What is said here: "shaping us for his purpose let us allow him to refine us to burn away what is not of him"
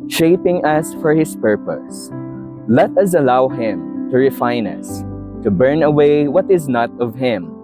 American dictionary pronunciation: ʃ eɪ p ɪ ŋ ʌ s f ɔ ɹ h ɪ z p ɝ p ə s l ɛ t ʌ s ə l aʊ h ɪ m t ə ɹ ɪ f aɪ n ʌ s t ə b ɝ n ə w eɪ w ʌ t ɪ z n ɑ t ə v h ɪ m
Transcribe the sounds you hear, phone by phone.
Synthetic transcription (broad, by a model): ʃ eɪ p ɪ ŋ ʌ s f ɔ ɹ h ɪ s p ɝ p ə s l ɛ t ʌ s ə l aʊ h ɪ m t ə ɹ ɪ f aɪ n ʌ s t ə b ɝ n ə w eɪ w ʌ t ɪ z n ɑ t ə v h ɪ m